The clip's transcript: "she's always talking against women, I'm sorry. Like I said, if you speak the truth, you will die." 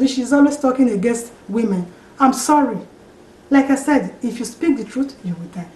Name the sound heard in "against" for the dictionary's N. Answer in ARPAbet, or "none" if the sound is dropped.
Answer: N